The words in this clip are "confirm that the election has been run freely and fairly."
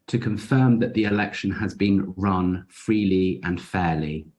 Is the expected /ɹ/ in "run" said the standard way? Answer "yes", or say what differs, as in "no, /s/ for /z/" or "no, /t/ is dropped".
yes